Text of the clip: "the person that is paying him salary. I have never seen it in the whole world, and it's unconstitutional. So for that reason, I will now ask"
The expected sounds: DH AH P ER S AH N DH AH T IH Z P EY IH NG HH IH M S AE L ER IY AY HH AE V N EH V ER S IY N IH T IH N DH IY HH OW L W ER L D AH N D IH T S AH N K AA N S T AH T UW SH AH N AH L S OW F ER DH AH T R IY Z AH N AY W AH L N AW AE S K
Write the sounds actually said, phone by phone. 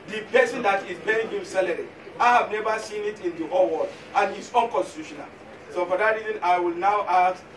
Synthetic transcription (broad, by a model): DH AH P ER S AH N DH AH T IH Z B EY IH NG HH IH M S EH L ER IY AY HH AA V N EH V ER S IY N IH T IH N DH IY HH OW L W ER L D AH N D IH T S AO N K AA N S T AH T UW SH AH N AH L S OW F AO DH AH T R IY Z AH N AY W AH L N AW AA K